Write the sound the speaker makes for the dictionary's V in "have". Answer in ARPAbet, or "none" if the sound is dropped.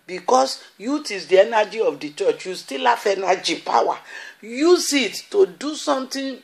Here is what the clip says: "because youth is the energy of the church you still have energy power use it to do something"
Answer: F